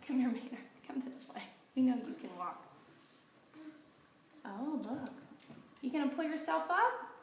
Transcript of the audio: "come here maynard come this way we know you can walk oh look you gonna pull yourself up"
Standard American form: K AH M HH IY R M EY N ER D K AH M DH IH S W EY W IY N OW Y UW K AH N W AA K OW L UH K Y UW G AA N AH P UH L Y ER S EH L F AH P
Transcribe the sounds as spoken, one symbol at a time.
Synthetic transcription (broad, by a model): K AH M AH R M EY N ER K AH M DH IH S W EY W IY N OW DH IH K AH N W AA K OW L UH K Y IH G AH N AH P UH L Y ER S EH L F AH P